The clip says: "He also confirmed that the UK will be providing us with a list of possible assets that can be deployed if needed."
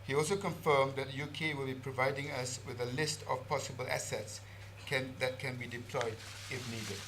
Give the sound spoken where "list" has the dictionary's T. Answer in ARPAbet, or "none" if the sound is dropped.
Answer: T